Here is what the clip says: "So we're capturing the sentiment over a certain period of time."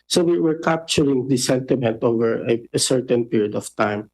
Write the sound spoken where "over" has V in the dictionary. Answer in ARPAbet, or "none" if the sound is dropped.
V